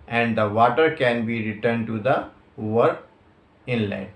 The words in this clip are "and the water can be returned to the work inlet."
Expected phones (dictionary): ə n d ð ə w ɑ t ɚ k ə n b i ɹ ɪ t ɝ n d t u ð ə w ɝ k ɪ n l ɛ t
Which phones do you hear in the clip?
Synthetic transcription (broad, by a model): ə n d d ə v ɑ t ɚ k ə n b i ɹ ɪ t ɝ n d t u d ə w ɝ ɪ n l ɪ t